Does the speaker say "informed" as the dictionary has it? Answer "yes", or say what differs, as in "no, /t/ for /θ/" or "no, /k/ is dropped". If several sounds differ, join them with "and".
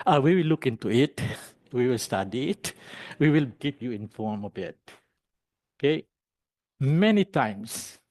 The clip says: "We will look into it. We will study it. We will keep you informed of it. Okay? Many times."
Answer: no, /d/ is dropped